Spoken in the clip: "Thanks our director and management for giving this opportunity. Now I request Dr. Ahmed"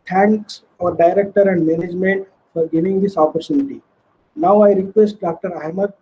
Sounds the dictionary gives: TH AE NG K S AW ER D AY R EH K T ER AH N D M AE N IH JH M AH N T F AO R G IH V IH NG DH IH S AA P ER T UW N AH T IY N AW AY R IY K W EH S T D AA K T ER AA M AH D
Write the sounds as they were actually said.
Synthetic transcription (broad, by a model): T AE NG K S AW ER D AY R EH K T ER AH N D M AE N IH JH M AH N T F AO R G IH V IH NG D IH S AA P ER T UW N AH T IY N AW AY R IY K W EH S T D AA K T ER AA M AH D